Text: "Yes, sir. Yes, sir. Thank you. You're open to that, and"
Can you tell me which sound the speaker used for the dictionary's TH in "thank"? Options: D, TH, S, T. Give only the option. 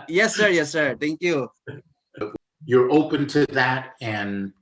T